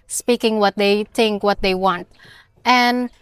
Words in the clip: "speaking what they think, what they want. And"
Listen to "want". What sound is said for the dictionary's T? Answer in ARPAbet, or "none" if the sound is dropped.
T